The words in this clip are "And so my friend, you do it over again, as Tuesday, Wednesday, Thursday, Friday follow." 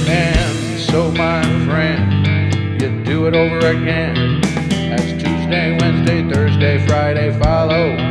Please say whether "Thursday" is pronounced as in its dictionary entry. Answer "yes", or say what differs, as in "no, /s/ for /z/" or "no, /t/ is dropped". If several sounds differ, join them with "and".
yes